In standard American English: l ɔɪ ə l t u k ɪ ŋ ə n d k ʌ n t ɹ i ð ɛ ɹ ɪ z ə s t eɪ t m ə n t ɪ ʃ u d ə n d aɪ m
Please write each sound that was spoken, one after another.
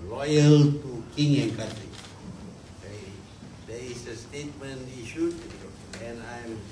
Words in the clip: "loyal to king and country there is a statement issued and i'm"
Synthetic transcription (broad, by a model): l ɔɪ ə l t u k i ŋ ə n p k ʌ t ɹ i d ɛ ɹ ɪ s ə s t eɪ t m ə n t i ʃ u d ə n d aɪ m